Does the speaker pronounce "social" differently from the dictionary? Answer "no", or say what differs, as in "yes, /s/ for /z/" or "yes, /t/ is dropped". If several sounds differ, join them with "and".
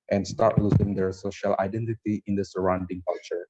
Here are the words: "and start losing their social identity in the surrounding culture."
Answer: no